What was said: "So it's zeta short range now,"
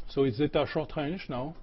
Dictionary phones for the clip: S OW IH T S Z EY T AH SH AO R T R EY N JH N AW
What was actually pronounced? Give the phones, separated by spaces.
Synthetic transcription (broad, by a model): S OW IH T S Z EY T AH SH AO R T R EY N SH N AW